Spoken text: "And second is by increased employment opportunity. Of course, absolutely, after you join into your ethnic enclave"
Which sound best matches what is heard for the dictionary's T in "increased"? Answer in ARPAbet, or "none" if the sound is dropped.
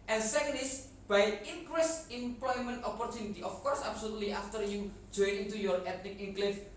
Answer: none